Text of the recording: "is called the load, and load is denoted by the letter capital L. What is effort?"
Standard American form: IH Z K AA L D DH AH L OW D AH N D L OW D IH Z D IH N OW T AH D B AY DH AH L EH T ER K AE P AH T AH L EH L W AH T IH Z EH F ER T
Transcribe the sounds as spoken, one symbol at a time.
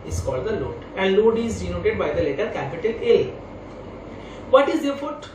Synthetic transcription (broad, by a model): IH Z K AA L D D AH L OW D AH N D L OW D IH Z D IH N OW T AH D B AY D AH L EH T ER K AE P AH T AH L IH L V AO T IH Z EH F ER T